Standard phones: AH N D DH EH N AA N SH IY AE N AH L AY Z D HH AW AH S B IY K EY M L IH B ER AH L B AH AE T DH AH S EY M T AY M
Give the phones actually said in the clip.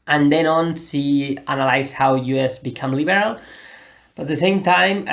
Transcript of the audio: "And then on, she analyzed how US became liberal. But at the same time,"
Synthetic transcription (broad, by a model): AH N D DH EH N AA N S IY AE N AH L AY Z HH AW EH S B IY K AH M L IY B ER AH L B AH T DH AH S EY M T AY M